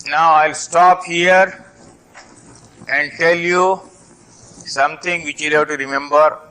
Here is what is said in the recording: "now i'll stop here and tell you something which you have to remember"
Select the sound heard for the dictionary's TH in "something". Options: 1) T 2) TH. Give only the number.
1